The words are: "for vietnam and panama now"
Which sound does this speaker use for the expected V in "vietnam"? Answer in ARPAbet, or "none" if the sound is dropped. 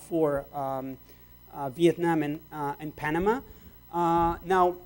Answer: V